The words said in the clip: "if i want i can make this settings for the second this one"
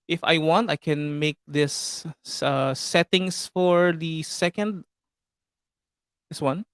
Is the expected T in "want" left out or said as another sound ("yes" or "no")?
no